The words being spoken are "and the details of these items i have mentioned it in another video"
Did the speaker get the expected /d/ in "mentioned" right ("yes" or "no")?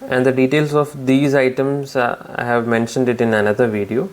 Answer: yes